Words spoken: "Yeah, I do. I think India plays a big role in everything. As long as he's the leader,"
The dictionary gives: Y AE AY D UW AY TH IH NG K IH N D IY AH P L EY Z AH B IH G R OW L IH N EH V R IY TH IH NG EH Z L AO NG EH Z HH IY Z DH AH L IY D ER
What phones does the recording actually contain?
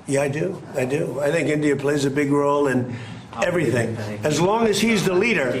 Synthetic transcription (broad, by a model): Y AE AY D UW AY TH IH NG K IH N D IY AH P L EY Z AH B IH G R OW L IH N EH V R IY TH IH NG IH Z L AO NG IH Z HH IY Z DH AH L IY D ER